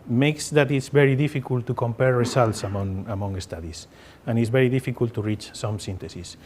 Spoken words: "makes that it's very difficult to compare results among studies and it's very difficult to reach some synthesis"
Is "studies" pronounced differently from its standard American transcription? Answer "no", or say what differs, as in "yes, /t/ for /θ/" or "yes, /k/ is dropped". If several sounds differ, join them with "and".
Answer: yes, /s/ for /z/